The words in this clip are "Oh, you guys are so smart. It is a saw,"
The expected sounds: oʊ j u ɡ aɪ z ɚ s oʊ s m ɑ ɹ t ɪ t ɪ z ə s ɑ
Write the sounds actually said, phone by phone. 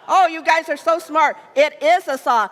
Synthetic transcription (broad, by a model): oʊ j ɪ ɡ aɪ z ɚ s oʊ s m ɑ ɹ t ɪ t ɪ z ə s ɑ